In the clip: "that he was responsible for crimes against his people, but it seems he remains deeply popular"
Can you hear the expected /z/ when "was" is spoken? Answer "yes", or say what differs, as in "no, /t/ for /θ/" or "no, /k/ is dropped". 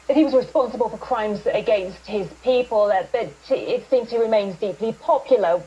yes